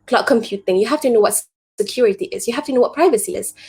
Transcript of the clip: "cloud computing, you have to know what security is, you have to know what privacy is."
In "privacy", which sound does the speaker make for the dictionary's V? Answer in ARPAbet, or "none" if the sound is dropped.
V